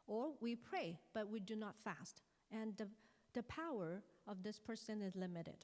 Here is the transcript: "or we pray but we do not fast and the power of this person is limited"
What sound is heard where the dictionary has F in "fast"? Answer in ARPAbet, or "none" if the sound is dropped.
F